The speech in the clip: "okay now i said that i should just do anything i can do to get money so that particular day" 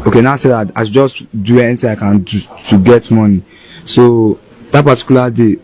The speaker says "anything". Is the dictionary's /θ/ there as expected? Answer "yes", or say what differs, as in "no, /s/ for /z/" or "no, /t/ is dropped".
no, /t/ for /θ/